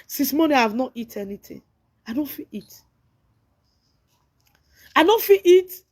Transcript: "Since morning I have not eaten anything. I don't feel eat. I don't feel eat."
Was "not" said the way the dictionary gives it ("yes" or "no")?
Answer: yes